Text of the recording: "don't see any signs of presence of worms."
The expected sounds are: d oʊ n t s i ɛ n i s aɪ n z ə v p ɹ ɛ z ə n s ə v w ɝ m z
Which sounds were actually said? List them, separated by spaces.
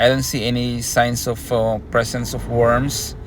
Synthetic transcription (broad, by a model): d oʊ n t s i ɛ n i s aɪ n s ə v p ɹ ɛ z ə n s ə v w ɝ m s